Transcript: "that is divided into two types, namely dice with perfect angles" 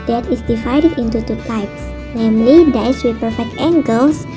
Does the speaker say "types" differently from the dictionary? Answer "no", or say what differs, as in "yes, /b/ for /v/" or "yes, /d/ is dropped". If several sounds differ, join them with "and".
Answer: no